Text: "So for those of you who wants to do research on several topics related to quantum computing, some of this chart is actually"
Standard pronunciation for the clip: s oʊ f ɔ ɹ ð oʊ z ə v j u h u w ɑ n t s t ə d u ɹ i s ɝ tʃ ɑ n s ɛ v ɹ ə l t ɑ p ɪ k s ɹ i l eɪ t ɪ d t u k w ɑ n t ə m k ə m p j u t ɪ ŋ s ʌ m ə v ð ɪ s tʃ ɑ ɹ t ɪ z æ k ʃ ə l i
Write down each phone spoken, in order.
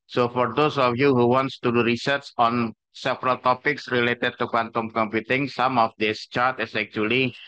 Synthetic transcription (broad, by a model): s oʊ f ɔ ɹ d oʊ s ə f j u h u w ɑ n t s t u ɹ i s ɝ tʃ ɑ n s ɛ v ɹ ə l t ɑ p ɪ k s ɹ i l eɪ t ɪ d t u k w ɑ n t ə m k ə m p j u t ɪ ŋ s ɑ m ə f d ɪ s tʃ ɑ ɹ t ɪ s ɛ k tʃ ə l i